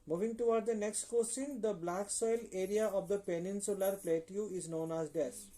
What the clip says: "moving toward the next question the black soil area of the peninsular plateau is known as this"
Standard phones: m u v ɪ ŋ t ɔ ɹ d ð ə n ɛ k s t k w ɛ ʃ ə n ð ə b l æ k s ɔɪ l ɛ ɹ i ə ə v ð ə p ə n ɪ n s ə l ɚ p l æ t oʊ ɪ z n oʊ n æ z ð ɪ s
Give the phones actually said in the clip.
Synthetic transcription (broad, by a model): m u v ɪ ŋ t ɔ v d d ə n ɛ k s t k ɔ s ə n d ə b l æ k s ɔɪ l ɛ ɹ i ə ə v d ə p ə n ɪ n s ə l ɚ p l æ t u ɪ z n oʊ n æ z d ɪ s